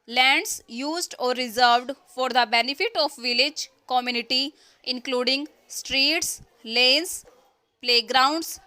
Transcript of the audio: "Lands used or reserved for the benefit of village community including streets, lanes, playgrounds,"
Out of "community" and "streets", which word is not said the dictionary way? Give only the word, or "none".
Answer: none